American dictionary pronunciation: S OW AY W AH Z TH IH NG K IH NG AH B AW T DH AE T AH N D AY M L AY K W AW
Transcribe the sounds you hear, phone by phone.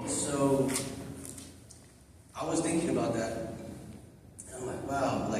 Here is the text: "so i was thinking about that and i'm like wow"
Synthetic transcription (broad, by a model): S OW AY W AH Z TH IH NG K IH NG AH B AW T DH AE T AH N AY M L AY K W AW